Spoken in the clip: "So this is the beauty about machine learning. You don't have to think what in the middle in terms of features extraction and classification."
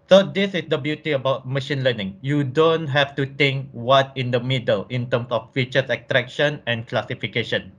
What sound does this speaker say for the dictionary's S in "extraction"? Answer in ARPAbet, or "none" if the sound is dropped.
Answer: none